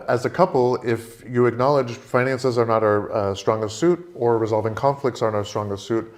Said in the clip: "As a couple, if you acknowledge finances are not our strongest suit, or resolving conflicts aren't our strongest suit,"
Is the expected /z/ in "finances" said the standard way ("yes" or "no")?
yes